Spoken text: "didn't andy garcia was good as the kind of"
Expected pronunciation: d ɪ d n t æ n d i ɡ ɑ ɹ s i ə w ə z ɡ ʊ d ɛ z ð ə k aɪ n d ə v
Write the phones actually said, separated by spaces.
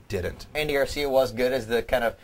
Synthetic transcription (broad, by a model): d ɪ d n t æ n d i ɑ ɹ s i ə w ə z ɡ ʊ d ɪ z ð ə k aɪ n d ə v